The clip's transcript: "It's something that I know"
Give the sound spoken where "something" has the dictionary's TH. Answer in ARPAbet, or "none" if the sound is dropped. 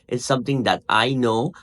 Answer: T